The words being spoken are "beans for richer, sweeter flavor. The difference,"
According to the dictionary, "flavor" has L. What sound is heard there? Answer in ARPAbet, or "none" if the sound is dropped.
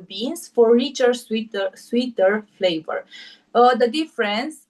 L